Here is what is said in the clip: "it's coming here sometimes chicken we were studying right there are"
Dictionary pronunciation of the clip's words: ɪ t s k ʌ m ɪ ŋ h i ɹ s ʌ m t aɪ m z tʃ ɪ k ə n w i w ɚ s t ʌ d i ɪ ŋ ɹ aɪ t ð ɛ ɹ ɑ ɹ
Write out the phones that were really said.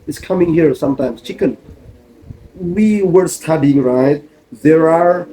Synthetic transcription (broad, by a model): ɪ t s k ʌ m ɪ ŋ h i ɹ s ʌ m t aɪ m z tʃ ɪ k ə n w i w ɚ s t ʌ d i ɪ ŋ ɹ aɪ t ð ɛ ɹ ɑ ɹ